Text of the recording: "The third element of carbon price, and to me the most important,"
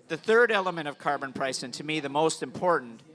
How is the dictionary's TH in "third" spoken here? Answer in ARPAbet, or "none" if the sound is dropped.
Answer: TH